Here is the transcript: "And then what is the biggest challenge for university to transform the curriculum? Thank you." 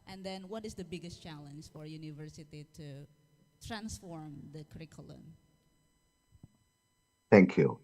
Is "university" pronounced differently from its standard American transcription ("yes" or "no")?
no